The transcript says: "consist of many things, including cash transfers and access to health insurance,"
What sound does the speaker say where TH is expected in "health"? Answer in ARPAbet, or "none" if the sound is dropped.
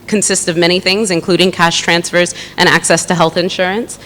TH